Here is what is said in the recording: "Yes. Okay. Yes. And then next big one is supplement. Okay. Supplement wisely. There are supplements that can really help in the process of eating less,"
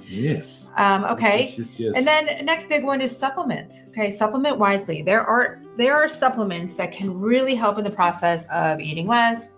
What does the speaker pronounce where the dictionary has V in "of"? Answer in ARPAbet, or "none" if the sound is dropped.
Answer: V